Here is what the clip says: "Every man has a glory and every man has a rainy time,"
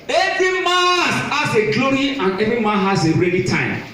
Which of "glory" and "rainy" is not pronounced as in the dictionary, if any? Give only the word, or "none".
rainy